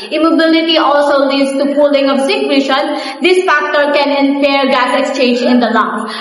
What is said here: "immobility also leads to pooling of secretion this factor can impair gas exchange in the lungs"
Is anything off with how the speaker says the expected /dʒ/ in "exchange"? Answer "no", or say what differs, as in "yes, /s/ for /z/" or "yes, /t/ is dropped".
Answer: no